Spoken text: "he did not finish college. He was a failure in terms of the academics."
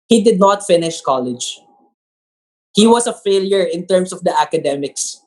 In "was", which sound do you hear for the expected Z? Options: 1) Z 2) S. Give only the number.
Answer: 2